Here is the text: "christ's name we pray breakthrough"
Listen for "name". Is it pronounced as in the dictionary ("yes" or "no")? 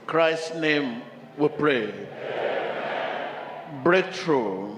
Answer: yes